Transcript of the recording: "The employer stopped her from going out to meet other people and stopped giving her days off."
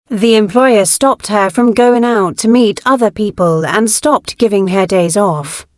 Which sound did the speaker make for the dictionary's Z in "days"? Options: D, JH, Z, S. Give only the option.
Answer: Z